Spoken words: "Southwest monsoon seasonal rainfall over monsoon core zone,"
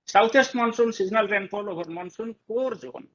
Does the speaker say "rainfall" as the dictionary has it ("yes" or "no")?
no